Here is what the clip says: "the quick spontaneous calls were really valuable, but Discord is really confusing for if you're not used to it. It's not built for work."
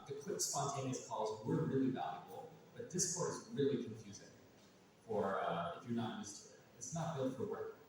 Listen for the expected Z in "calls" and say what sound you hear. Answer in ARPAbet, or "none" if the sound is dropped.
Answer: Z